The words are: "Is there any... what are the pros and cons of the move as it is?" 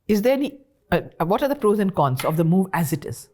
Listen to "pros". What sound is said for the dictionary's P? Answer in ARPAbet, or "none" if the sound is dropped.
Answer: F